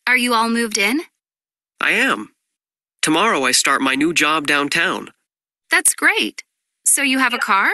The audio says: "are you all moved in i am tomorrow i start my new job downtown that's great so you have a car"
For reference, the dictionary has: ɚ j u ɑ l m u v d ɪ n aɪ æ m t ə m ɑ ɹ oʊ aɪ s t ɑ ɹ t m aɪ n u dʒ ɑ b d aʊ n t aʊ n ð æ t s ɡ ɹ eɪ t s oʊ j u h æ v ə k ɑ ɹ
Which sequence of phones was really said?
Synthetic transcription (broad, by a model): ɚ j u ɑ l m u v d ɪ n aɪ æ m t ə m ɑ ɹ oʊ aɪ s t ɑ ɹ t m aɪ n u dʒ ɑ b d aʊ n t aʊ n ð æ t s ɡ ɹ eɪ t s oʊ j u v ə k ɑ ɹ